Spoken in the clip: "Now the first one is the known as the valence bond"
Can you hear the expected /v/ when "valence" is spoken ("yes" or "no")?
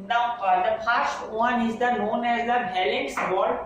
no